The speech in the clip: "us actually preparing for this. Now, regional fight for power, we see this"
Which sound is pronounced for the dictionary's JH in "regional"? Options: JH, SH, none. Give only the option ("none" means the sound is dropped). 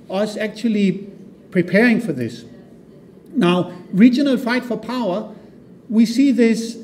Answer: JH